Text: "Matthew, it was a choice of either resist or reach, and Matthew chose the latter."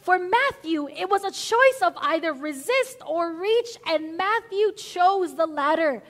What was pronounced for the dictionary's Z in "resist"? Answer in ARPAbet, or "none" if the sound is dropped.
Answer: Z